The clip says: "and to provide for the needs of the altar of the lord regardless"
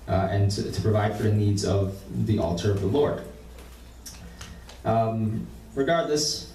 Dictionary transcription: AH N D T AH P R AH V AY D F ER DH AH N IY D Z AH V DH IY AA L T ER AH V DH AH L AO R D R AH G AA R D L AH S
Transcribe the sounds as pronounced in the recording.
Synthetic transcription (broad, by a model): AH N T T AH P R AH V AY D F ER DH AH N IY D Z AH V DH IY AA L T ER AH V DH AH L AO R D R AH G AA R D L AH S